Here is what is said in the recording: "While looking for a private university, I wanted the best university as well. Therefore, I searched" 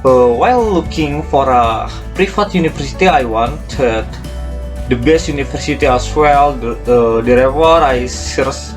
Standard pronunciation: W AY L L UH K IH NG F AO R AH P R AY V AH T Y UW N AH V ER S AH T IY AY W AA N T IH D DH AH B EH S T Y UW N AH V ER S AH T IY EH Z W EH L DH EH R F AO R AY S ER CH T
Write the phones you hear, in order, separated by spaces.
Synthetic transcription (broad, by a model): W AY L L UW K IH NG F AO R AH P R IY F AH T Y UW N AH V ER S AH T IY AY W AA N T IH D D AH B EH S T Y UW N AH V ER S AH T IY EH S W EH L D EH R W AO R AY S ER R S